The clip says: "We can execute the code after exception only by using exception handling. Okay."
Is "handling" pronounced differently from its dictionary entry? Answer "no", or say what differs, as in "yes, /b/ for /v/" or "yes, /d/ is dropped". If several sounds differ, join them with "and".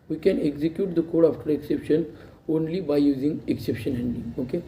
yes, /l/ is dropped